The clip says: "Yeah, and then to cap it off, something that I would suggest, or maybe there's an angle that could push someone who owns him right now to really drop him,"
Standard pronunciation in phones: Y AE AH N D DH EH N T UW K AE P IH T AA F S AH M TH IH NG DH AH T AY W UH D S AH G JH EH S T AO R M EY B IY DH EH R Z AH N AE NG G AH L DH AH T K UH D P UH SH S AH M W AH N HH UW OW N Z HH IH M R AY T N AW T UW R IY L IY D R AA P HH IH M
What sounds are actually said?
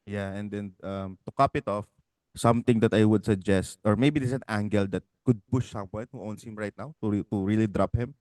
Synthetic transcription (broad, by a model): Y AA AH N D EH N T UW K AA P IH T AA F S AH M T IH NG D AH T AY W UH D S AH G JH EH S T AO R M EY B IY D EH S AH N AE NG G AH L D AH T K UH D P UH SH S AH M W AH N HH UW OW N S HH IH M R AY T N AW T UW R IY L IY D R AA P HH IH M